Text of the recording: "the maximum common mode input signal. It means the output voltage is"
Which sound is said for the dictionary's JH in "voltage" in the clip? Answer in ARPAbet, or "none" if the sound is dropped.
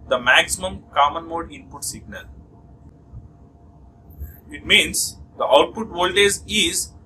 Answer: Z